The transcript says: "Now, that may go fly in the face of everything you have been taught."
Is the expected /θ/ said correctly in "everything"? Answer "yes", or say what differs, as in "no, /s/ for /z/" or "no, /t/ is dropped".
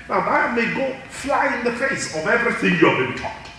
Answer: yes